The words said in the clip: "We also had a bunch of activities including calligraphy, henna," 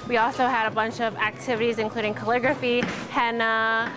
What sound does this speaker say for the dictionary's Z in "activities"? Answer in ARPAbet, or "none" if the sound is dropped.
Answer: Z